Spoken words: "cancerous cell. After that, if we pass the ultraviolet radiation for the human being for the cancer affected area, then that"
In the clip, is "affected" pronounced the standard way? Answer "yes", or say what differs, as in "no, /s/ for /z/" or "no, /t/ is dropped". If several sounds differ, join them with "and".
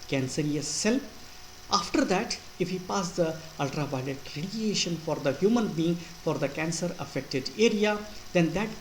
yes